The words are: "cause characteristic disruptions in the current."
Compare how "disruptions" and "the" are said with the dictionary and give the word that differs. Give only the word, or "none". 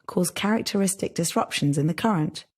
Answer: none